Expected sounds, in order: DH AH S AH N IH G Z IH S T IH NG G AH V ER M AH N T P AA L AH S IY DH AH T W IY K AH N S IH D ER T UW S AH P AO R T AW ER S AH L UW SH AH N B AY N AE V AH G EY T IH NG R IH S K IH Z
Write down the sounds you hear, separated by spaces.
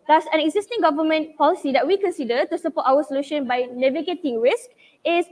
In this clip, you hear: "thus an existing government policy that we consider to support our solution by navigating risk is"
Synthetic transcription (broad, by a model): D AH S AH N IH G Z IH S T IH NG G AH V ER M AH N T P AA L AH S IY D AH T W IY K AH N S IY D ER T UW S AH P AO T AW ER S AH L UW SH AH N B AY N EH V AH G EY T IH NG R IH S K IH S